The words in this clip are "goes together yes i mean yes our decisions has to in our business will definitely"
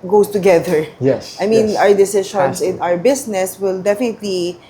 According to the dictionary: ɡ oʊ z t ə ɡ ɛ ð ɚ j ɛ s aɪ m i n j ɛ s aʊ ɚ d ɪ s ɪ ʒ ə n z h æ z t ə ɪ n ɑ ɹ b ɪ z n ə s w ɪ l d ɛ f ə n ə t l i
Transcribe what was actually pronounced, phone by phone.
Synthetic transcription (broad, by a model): ɡ oʊ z t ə ɡ ɛ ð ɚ j ɛ s aɪ m i n aʊ ɚ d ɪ s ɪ ʃ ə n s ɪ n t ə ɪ ɹ b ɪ s n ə s w ɪ l d ɛ f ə n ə t l i